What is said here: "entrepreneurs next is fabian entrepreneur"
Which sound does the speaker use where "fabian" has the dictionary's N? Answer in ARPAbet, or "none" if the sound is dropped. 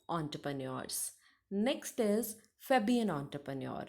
N